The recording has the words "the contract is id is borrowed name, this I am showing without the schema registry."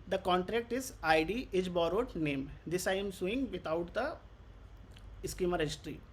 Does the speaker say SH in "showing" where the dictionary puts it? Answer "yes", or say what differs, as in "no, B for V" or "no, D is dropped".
no, S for SH